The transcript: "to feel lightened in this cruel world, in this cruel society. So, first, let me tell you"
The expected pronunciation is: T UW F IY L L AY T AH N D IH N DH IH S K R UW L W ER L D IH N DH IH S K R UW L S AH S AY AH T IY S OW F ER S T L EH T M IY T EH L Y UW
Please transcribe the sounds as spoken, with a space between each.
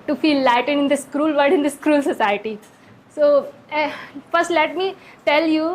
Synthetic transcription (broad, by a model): T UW F IY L L AY T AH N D IH N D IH S K R UW L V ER D IH N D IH S K R UW L S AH S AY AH T IY S OW F ER S T L EH T M IY T EH L Y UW